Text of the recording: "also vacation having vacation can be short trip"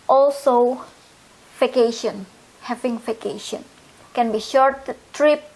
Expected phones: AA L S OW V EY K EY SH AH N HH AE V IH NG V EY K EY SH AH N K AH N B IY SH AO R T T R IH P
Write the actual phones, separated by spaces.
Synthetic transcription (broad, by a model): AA L S OW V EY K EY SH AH N HH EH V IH NG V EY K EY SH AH N K AH N B IY SH AO R T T R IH P